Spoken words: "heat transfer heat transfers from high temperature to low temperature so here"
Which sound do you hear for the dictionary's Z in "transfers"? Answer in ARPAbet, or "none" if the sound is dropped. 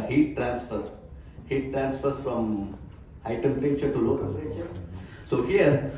S